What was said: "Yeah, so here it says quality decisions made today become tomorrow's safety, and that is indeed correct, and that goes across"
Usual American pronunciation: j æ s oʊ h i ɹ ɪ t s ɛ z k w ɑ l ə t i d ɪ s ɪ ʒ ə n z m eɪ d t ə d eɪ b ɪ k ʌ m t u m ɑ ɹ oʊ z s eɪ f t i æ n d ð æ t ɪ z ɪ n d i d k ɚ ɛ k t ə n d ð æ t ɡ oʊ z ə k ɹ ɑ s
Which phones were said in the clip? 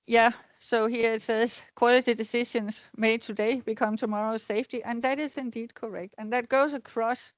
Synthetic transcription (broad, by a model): j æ s oʊ h i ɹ ɪ t s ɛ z k w ɑ l ə t i d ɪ s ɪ ʃ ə n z m eɪ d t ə d eɪ b ɪ k ʌ m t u m ɑ ɹ oʊ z s eɪ f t i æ n ð æ t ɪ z ɪ n d i d k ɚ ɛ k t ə n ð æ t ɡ oʊ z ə k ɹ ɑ s